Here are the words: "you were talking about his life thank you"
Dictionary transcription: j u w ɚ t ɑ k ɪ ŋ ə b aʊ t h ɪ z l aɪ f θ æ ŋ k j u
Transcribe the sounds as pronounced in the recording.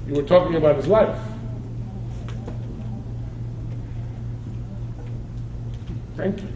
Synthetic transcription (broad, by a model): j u w ɚ t ɑ k ɪ ŋ ə b aʊ t h ɪ z l aɪ f θ æ ŋ k j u